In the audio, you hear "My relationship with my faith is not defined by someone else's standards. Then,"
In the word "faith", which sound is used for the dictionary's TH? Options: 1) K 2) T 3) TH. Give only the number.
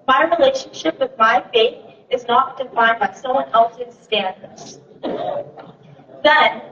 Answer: 3